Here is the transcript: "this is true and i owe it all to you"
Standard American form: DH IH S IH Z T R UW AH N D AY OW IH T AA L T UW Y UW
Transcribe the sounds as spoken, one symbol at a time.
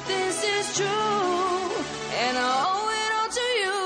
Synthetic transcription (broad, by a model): DH IH S IH Z T R UW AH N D AY OW IH T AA N T UW Y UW